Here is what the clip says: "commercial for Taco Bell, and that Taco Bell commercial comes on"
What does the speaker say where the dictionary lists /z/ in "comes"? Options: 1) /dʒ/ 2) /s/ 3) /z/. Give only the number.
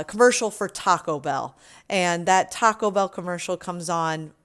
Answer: 3